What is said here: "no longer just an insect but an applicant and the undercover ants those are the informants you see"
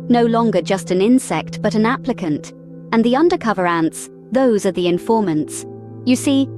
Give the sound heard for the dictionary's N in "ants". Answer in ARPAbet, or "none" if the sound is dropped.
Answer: N